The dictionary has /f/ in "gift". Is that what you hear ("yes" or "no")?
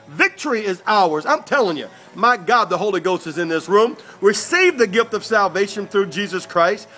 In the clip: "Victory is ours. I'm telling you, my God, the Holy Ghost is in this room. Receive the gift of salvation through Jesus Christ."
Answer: yes